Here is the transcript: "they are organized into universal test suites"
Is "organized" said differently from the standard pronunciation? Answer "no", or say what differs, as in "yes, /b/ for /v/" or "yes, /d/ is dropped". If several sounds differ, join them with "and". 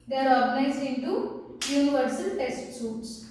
yes, /d/ is dropped